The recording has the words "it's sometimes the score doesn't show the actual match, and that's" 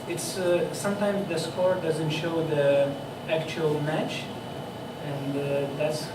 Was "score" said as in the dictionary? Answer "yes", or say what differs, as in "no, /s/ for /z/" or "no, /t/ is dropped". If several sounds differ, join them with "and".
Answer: yes